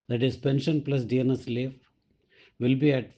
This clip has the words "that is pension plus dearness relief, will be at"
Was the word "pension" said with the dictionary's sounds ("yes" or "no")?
yes